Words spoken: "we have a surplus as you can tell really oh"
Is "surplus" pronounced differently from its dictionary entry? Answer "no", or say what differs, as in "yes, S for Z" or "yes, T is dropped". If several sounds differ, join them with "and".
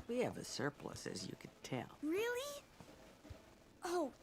no